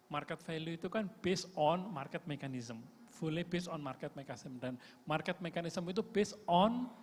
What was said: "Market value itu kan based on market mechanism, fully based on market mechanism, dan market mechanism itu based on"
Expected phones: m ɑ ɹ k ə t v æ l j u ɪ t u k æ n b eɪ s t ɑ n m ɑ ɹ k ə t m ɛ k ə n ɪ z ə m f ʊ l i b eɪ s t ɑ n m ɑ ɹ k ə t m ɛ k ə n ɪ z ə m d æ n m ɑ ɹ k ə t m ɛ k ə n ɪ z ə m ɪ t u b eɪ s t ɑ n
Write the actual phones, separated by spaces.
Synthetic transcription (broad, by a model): m ɑ ɹ k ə t f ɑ l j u ɪ t u k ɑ n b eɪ s ɑ n m ɑ ɹ k ə t m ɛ k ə n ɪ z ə m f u l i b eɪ s ɑ n m ɑ ɹ k ə t m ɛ k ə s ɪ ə m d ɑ n m ɑ ɹ k ə t m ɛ k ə n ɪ s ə m ɪ t u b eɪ s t ɑ n